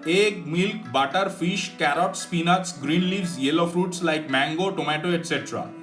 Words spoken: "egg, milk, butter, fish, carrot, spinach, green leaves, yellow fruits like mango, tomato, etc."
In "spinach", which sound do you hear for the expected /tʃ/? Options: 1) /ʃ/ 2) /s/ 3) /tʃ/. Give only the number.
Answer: 2